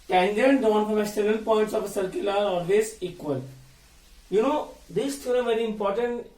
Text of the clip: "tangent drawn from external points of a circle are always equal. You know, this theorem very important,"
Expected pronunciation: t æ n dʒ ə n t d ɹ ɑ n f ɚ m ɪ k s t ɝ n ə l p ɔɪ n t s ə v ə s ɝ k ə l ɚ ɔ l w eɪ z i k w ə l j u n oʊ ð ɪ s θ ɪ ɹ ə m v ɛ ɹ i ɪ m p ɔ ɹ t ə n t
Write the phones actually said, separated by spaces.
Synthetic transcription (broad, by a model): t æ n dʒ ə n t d ɑ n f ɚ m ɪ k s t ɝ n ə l p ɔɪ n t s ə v ə s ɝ k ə l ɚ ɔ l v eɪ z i k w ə l j u n oʊ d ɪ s t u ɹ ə v ɛ ɹ i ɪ m p ɔ ɹ t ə n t